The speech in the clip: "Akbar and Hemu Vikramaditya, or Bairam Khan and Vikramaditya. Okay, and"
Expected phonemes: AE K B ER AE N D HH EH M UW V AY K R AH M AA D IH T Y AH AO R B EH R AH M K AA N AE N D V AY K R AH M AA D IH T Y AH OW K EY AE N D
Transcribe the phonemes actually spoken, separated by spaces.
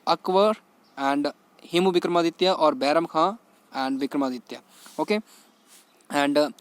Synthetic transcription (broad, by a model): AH K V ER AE N D HH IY M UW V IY K R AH M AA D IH T Y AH AO R B EH R AH M K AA AE N D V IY K R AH M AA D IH T Y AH OW K EY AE N D